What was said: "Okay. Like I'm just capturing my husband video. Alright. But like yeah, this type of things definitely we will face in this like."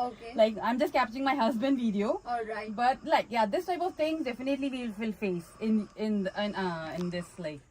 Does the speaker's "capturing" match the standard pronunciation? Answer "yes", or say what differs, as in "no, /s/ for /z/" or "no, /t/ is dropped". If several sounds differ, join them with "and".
yes